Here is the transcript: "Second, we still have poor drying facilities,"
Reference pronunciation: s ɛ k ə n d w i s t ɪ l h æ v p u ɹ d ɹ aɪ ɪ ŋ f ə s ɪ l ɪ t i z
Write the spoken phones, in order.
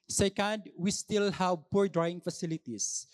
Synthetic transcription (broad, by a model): s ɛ k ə n d w i s t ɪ l h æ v p u ɹ d ɹ aɪ ɪ ŋ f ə s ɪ l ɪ t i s